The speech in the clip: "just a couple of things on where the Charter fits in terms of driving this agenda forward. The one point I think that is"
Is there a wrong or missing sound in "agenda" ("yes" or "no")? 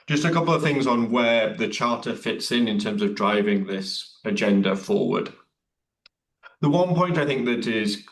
no